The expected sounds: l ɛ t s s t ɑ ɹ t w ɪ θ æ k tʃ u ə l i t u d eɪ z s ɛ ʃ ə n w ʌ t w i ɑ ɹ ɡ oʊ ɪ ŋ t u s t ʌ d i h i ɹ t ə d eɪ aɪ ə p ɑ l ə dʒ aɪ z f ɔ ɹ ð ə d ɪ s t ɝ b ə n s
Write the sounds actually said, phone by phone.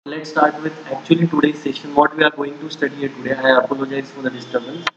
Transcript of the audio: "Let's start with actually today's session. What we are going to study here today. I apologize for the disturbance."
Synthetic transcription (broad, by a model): l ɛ t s s t ɑ ɹ t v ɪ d æ k tʃ u ə l i t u d eɪ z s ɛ ʃ ə n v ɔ t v i ɑ ɹ ɡ oʊ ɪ ŋ t u s t ʌ d i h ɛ t ə d eɪ aɪ ə p ɑ l ə dʒ aɪ z f ɔ ɹ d ə d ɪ s t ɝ b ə n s